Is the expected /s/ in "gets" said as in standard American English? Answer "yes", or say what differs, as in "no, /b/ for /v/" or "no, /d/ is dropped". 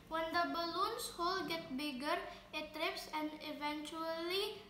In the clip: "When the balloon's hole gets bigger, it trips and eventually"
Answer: no, /s/ is dropped